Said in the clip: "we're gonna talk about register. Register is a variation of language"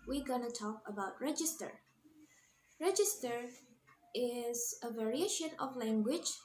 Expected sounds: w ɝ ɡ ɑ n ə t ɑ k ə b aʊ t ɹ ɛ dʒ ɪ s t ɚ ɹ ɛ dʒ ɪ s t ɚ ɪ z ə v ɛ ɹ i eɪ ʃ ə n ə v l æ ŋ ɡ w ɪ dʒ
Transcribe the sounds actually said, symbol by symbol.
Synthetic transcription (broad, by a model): w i ɡ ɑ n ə t ɑ k ə b aʊ t ɹ ɛ dʒ ɪ s t ɚ ɹ ɛ dʒ ɪ s t ɚ ɪ z ə v ɛ ɹ i eɪ ʃ ə n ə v l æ ŋ ɡ w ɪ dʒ